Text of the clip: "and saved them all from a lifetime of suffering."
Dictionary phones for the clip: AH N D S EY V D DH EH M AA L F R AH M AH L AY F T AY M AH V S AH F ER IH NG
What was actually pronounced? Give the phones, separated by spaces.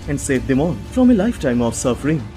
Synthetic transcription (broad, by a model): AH N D S EY V D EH M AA N F R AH M AH L AY F T AY M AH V S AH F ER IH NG